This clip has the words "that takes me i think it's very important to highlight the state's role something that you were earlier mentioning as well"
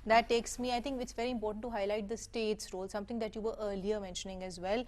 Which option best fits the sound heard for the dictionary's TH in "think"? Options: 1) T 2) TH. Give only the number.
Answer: 1